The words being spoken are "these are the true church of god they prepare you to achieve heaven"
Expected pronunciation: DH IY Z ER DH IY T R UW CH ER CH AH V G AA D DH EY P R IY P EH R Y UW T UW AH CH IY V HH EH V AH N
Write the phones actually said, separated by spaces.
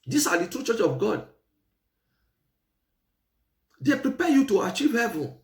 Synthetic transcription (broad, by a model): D IY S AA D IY T R UW CH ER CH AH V G AA D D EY P R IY P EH Y UW T UW AH CH IY V HH EH V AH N